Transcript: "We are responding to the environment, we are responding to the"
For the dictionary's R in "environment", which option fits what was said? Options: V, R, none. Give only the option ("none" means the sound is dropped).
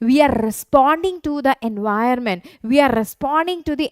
none